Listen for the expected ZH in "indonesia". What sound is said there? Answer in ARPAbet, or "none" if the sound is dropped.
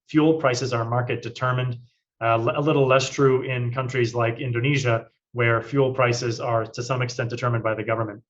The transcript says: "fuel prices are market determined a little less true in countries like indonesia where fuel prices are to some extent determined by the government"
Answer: ZH